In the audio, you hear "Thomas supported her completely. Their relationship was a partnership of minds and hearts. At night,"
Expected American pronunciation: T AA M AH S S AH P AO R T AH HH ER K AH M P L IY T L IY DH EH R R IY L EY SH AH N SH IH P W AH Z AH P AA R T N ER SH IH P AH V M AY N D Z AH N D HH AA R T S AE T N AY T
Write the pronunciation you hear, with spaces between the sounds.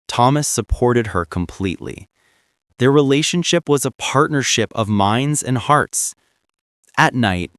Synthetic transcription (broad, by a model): T AA M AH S S AH P AO R T AH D ER K AH M P L IY T L IY DH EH R R IY L EY SH AH N SH IH P W AH Z AH P AA R T N ER SH IH P AH V M AY N D Z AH N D HH AA R T S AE T N AY T